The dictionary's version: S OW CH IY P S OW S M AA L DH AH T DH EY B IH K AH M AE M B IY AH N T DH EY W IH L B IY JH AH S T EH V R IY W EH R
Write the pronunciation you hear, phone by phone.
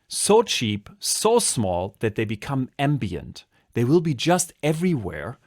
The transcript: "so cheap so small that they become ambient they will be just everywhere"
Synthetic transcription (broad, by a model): S OW CH IY P S OW S M AA L DH AH T DH EY B IH K AH M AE M B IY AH N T DH EY W IH L B IY JH AH S T EH V R IY W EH R